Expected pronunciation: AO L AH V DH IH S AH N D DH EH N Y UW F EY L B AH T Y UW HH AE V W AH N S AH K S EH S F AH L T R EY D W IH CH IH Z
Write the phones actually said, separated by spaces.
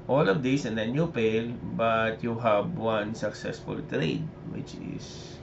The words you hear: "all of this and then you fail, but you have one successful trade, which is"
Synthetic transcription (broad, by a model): AO L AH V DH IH S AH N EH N Y UW P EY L B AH T Y UW HH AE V W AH N S AH K S EH S F AH L T R EY D W IH CH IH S